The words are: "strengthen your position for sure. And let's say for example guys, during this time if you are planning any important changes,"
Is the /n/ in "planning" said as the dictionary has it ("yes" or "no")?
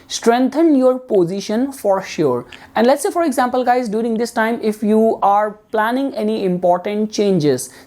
yes